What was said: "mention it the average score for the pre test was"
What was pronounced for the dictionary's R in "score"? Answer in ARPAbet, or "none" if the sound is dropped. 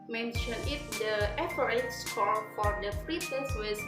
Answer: L